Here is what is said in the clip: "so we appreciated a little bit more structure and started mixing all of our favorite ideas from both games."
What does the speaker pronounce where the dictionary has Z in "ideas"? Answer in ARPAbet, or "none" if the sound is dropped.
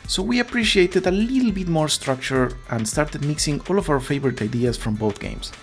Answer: S